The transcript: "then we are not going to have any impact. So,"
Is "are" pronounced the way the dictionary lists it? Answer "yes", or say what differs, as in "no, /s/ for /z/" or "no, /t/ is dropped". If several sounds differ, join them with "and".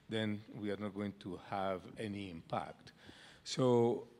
yes